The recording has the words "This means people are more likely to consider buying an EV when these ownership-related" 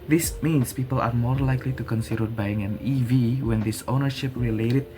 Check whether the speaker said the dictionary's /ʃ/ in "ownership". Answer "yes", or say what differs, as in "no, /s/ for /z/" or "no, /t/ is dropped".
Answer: yes